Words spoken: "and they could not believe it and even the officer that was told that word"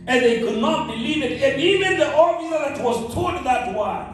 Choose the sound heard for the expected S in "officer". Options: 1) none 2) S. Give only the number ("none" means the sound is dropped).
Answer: 1